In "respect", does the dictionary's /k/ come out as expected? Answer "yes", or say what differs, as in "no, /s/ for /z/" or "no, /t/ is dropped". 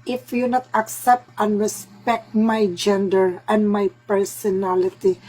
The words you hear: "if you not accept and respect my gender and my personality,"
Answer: yes